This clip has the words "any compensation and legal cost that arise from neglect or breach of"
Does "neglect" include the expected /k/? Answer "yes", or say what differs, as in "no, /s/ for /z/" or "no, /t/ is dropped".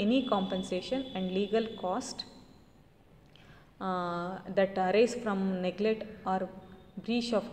no, /k/ is dropped